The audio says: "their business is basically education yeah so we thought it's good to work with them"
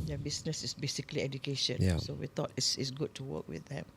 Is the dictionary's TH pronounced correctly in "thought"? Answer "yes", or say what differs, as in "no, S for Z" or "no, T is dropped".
no, T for TH